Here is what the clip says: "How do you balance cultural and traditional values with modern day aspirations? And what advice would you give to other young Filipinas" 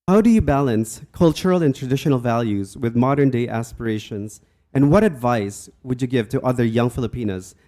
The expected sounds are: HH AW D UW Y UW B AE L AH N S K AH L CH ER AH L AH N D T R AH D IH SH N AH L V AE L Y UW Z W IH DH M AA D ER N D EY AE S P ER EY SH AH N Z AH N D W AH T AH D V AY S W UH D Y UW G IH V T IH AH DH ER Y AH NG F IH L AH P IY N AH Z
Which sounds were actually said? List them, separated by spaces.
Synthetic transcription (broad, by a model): HH AW D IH Y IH B AE L AH N S K AH L CH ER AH L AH N T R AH D IH SH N L V AE L Y UW Z W IH DH M AA D ER N D EY AE S P ER EY SH AH N Z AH N W AH T AH D V AY S W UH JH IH G IH V T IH AH DH ER Y AH NG F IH L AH P IY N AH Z